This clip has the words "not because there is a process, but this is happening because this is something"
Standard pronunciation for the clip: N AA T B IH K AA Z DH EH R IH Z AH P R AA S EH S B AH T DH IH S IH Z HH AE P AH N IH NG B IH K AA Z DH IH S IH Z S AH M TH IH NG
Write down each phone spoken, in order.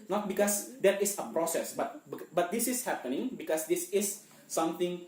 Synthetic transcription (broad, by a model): N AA T B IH K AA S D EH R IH S AH P R AA S EH S B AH T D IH S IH S HH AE P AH N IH NG B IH K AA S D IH S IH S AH M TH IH NG